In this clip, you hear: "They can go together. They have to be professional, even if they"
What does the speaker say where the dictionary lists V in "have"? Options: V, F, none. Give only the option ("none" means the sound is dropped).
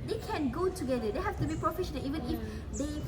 F